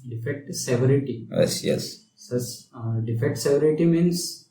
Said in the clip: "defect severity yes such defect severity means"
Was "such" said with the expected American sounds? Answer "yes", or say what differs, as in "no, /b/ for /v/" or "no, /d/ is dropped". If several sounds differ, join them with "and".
no, /s/ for /tʃ/